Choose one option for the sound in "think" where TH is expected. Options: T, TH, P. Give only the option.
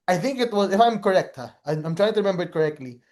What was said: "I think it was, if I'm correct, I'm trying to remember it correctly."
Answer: TH